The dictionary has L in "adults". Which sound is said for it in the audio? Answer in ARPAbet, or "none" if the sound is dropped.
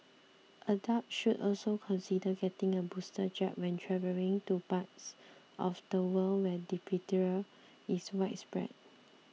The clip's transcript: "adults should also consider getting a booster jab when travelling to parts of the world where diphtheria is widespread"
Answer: none